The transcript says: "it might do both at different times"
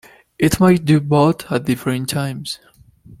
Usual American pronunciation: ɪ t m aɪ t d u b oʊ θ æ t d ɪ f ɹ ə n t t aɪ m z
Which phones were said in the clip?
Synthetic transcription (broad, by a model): ɪ t m aɪ t d u b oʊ t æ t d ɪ f ɹ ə n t t aɪ m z